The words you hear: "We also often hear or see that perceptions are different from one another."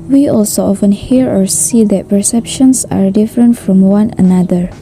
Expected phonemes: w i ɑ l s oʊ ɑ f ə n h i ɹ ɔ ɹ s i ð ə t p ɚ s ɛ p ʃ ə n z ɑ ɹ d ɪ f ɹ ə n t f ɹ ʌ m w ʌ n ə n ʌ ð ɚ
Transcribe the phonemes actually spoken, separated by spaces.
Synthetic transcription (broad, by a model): w i ɑ l s oʊ ɑ f ə n h i ɹ ɔ ɹ s i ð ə t p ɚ s ɛ p ʃ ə n s ɑ ɹ d ɪ f ɹ ə n t f ɹ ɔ m w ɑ n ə n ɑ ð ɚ